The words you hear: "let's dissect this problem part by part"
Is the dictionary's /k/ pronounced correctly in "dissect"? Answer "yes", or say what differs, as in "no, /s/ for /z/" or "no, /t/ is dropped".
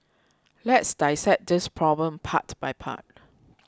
no, /k/ is dropped